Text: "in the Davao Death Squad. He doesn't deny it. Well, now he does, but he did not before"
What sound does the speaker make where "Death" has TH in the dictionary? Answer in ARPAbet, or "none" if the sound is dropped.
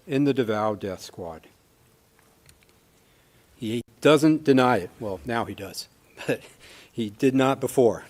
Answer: TH